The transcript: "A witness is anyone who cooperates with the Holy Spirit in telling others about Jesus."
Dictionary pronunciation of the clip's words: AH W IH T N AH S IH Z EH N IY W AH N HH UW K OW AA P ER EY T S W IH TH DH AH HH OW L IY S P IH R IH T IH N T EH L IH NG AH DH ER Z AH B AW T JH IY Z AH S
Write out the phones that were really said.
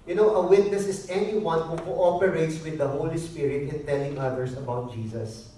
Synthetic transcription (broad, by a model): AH W IH T N AH S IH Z EH N IY W AH N HH UW K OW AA P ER EY T S W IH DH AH HH OW L IY S P IH R IH T IH N T EH L IH NG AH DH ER S AH B AW T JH IY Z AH S